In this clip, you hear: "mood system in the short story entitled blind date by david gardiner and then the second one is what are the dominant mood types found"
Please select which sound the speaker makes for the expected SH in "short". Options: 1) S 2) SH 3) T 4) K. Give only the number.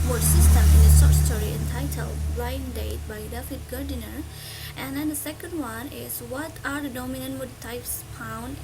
1